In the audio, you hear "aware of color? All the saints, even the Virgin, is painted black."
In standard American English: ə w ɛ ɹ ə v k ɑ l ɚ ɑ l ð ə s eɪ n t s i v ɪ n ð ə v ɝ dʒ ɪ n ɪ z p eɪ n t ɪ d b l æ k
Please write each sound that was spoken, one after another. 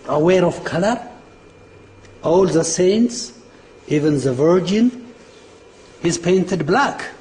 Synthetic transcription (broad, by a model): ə w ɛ ɹ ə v k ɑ l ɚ ɑ l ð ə s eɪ n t s i v ɪ n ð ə v ɝ dʒ ɪ n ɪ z p eɪ n t ɪ d b l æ k